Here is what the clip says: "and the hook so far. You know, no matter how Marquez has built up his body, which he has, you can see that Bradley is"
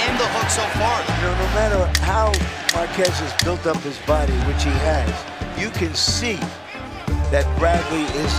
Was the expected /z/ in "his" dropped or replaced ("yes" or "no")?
no